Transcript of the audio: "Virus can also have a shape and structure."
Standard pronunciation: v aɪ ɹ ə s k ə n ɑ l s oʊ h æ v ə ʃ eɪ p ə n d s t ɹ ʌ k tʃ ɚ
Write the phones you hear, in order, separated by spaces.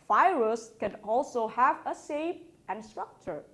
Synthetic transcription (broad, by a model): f aɪ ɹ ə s k ə n ɑ l s oʊ h æ v ə s eɪ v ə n s t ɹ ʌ k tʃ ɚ